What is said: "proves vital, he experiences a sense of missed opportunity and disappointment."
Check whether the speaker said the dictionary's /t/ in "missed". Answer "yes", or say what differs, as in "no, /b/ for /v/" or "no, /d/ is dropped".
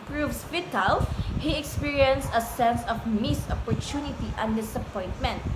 no, /t/ is dropped